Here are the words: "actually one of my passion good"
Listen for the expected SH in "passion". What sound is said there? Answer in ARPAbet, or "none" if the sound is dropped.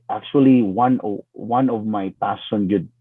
S